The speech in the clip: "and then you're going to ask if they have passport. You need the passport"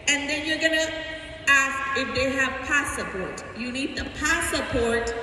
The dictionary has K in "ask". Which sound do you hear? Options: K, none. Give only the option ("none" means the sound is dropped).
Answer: K